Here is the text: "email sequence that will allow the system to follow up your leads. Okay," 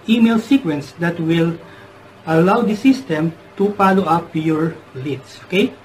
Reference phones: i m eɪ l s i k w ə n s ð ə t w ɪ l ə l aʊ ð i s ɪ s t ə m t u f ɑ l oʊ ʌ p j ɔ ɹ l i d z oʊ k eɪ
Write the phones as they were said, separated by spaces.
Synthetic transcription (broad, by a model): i m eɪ l s i k w ə n s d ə t w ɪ l ə l aʊ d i s ɪ s t ə m t u p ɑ l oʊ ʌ p j ɔ ɹ l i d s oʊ k eɪ